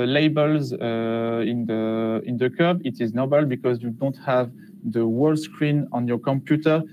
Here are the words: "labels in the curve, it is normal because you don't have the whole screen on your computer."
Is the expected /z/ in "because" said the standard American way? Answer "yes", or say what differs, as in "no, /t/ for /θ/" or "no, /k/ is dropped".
yes